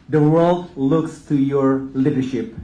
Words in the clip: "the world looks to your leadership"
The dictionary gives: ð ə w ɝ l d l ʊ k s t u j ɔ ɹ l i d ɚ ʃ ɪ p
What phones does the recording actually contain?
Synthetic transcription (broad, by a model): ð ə w ɝ l d l ʊ k s t u j ɔ ɹ l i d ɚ ʃ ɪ p